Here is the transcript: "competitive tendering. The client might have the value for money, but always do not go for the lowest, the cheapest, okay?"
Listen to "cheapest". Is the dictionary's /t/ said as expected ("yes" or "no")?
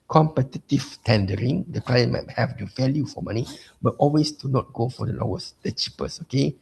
no